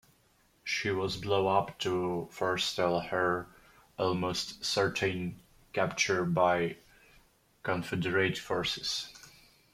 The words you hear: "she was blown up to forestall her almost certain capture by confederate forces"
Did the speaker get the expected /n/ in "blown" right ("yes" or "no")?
no